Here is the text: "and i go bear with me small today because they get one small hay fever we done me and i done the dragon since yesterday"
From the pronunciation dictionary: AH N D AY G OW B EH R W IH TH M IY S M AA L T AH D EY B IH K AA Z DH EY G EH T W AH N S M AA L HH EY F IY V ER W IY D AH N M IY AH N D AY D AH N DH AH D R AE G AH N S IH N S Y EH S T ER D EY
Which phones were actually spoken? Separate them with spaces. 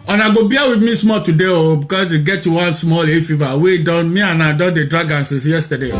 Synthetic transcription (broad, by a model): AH N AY G OW B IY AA W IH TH M IY S M AA L T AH D EY B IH K AA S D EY G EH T W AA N S M AA L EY F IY V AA W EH D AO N M IY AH N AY D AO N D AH D R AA G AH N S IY S Y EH S T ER D EY